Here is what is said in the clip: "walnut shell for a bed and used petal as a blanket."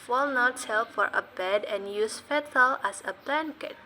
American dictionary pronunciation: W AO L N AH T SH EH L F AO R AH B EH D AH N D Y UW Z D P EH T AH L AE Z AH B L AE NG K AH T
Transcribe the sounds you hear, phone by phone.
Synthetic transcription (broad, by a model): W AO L N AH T S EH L F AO R AH B EH D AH N Y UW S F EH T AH L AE S AH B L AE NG K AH T